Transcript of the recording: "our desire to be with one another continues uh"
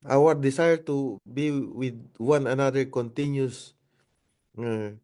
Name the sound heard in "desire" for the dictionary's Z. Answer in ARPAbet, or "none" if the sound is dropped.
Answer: S